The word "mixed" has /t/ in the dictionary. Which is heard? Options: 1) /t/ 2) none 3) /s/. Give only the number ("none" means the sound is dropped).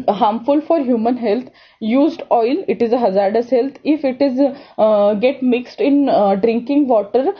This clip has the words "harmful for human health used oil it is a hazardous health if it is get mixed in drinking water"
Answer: 1